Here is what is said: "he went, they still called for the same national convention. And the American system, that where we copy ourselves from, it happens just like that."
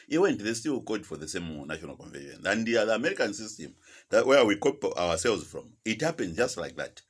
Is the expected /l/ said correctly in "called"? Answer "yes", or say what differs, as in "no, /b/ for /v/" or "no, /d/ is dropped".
no, /l/ is dropped